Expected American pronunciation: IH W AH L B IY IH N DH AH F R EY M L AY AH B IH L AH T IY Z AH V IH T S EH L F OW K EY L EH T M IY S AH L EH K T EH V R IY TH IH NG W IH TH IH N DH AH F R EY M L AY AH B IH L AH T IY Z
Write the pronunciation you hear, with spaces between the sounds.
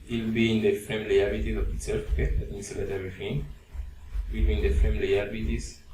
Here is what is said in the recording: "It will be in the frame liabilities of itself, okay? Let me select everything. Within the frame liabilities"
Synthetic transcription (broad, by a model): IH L B IY IH N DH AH F R EY M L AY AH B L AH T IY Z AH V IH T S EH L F OW K EY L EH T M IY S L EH T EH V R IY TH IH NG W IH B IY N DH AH F R EY M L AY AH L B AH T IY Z